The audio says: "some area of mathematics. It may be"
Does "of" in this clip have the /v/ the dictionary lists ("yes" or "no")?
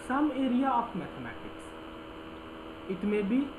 no